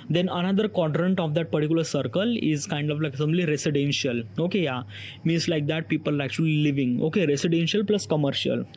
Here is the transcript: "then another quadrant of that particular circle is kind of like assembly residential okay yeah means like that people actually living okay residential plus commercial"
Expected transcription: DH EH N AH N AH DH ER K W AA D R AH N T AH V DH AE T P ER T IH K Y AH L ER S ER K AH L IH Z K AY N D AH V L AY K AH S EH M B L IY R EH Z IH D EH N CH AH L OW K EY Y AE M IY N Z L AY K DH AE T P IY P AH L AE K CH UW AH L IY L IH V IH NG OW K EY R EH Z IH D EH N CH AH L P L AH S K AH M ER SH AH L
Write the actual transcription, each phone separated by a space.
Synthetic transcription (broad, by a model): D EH N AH N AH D ER K W AA D R AH N T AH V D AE T P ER T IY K Y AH L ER S ER K AH L IH Z K AY N D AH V L AY K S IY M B L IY R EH S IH D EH N SH AH L OW K EY Y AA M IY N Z L AY K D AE T P IY P AH L AE K CH UW AH L IY L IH V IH NG OW K EY R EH S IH D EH N SH AH L P L AH S K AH M ER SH AH L